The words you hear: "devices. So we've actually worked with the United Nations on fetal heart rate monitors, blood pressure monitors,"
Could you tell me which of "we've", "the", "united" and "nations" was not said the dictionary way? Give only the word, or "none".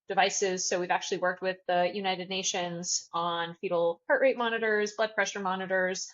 none